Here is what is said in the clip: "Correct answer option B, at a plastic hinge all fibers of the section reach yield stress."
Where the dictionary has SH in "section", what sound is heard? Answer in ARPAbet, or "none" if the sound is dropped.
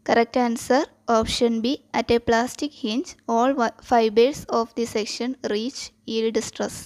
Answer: SH